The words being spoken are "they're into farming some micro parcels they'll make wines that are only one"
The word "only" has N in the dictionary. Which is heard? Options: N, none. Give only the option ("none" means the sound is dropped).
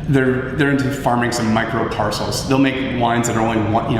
none